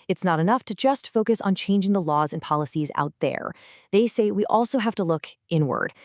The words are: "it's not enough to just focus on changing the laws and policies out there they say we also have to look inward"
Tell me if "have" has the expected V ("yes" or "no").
no